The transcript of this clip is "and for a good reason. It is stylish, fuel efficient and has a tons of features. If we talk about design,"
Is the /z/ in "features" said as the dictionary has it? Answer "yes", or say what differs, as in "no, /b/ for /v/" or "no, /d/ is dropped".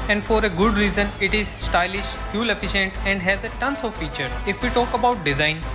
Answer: no, /z/ is dropped